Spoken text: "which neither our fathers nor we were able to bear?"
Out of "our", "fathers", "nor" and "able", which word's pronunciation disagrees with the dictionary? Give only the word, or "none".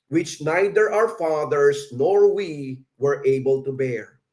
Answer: fathers